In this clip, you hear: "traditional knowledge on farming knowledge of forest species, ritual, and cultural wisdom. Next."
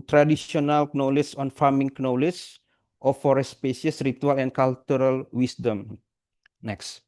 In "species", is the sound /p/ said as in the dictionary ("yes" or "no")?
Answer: no